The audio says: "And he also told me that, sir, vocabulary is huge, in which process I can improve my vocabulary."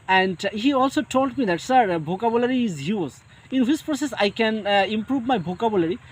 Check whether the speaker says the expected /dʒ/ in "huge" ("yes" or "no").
no